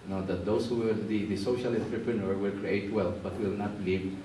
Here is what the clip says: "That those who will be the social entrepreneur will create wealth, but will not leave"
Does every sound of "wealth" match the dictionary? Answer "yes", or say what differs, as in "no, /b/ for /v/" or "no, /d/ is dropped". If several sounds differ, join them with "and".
no, /f/ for /θ/